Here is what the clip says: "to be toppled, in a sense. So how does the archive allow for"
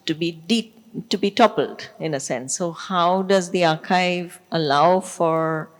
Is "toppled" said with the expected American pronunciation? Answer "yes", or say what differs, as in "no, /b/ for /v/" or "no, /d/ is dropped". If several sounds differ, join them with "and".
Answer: yes